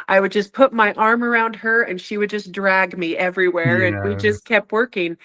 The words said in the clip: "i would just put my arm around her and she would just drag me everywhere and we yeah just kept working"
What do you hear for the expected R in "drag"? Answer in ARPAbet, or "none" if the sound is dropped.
R